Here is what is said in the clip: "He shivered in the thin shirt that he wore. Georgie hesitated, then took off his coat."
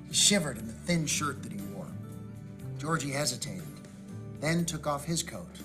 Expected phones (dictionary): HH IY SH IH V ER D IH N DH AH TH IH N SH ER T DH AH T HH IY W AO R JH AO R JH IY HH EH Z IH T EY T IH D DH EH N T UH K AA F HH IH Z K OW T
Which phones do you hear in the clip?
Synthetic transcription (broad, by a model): HH IY SH IH V ER D IH N DH AH TH IH N SH ER T DH AH T HH IY W AO R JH AO R JH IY HH EH Z IH T EY T IH D DH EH N T UH K AA F HH IH Z K OW T